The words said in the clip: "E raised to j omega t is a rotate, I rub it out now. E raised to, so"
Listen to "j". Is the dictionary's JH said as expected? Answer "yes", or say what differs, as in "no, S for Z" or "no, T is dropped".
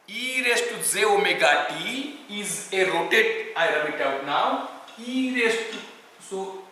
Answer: no, Z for JH